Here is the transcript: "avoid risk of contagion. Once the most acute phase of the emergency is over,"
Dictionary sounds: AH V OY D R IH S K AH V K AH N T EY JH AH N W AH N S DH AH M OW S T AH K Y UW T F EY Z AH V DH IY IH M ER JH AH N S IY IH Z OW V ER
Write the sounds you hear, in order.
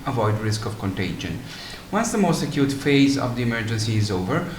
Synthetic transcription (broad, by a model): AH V OY D R IH S K AH V K AH N T EY JH AH N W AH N S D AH M OW S T AH K Y UW T F EY Z AH V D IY IH M ER JH AH N S IY IH Z OW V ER